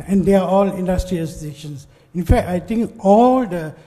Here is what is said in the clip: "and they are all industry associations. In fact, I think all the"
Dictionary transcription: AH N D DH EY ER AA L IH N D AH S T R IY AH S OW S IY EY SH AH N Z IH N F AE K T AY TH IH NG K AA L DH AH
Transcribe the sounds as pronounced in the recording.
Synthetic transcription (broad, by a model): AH N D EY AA AA L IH N D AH S T R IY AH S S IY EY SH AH N S IH N F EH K T AY T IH NG K AA L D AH